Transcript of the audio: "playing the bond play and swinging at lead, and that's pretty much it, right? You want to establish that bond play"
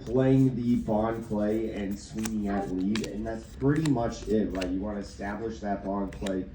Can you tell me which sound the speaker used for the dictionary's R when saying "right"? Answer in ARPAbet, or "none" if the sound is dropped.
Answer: L